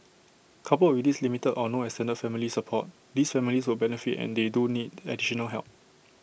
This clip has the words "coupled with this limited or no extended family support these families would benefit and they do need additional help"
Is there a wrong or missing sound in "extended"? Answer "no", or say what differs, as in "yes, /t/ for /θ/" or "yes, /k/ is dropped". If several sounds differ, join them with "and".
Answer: yes, /k/ is dropped